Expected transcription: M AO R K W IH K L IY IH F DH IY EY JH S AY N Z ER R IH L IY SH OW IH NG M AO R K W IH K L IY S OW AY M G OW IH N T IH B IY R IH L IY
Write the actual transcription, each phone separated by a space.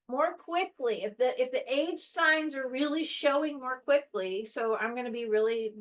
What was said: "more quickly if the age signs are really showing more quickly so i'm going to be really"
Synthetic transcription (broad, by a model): M AO R K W IH K L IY IH F DH IY EY JH S AY N Z ER R IH L IY SH OW IH NG M AO R K W IH K L IY S OW AY M G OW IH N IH B IY R IH L IY